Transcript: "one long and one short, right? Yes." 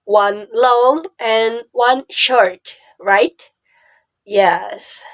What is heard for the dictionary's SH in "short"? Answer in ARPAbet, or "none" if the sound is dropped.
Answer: SH